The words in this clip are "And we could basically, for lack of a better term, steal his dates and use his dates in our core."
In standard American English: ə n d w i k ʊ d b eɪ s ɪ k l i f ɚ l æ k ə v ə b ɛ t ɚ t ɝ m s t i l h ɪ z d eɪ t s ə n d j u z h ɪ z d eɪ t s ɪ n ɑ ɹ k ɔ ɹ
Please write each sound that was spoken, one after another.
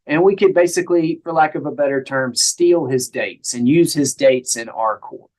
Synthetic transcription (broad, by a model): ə n w i k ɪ d b eɪ s ɪ k l i f ɚ l æ k ə v ə b ɛ t ɚ t ɝ m s t i l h ɪ z d eɪ t s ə n j u z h ɪ z d eɪ t s ɪ n ɑ ɹ k ɔ ɹ